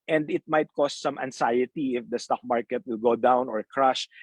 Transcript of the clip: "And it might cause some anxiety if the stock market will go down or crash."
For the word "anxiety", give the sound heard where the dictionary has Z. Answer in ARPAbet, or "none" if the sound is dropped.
S